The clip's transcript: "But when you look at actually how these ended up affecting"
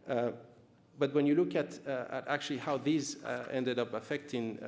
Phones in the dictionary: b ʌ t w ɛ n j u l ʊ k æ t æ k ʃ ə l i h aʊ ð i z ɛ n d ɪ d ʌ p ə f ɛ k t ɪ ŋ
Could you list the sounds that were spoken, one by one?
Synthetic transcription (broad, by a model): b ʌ t w ɛ n j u l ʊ k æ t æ k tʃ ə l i h aʊ ð i z ɛ n d ɪ d ʌ p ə f ɛ k t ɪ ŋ